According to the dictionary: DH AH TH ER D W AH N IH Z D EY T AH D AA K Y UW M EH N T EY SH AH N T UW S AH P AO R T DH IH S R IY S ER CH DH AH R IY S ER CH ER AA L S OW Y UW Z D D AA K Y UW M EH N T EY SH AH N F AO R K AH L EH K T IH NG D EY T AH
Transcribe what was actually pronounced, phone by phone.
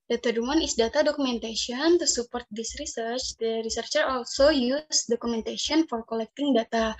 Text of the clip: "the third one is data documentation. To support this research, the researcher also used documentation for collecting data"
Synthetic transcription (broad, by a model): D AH T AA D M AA N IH S D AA T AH D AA K UW M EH N T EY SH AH N T UW S AH P AO R T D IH S R IY S ER CH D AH R IY S ER CH ER AA L S OW Y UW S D D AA K UW M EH N T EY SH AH N F AO R K AH L EH K T IH NG D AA T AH